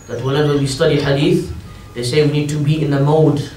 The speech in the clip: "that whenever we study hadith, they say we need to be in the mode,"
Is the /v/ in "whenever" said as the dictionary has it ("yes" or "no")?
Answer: no